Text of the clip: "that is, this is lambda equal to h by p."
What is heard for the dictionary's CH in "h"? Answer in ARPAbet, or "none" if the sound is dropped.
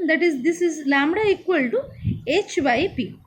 CH